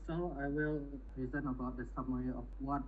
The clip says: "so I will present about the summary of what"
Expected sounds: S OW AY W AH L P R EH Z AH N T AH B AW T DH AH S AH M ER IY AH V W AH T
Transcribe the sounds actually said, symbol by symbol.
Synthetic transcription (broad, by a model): S OW AY W AH L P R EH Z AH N AH B AW T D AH S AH M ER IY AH F W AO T